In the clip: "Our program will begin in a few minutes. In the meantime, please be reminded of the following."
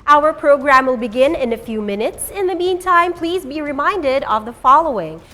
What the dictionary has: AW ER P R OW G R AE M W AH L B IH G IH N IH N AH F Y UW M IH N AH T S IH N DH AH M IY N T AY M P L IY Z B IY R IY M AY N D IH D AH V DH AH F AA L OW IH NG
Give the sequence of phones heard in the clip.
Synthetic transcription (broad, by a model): AW ER P R OW G R AE M W AH L B IH G IH N IH N AH F Y UW M IH N AH T S IH N DH AH M IY N T AY M P L IY Z B IY R IY M AY N D IH D AH V DH AH F AA L OW IH NG